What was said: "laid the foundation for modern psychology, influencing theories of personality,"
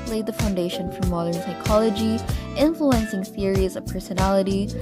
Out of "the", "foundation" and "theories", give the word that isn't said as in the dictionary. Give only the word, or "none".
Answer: none